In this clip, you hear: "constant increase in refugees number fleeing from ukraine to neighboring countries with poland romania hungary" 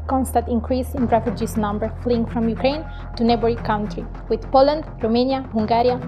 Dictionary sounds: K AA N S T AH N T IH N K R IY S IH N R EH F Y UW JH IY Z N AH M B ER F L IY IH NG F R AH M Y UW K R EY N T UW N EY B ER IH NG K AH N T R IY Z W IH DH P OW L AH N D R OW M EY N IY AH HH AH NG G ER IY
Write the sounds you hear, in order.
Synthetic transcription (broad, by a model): K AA N S T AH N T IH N K R IY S IH N R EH F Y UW JH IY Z N AH M B ER F L IY IH NG F R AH M Y UW K R EY N T UW N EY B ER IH K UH N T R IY W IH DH P OW L AH N D R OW M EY N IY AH HH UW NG G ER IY